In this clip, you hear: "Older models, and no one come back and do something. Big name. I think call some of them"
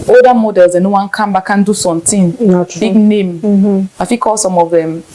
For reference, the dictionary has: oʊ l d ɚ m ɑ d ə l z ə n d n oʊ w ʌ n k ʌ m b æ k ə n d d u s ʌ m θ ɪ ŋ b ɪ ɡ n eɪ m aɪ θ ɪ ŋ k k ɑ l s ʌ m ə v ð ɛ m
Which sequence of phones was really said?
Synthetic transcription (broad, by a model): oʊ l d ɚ m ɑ d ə l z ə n n oʊ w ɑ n k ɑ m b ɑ k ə n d d u s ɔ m t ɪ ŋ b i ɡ n eɪ m aɪ f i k k ɑ l s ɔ m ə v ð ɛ m